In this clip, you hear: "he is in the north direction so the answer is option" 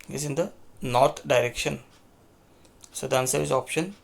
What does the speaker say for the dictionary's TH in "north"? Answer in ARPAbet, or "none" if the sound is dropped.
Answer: T